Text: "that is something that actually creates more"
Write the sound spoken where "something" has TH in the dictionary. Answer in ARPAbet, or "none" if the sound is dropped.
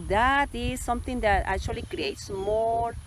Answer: T